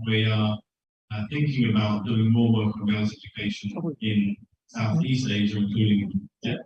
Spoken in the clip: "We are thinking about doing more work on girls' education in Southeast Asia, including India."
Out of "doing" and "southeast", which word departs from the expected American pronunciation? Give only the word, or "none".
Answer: none